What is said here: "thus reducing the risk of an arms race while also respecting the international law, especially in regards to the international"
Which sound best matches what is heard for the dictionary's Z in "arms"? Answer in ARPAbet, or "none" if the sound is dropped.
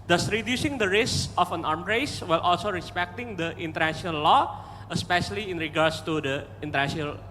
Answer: none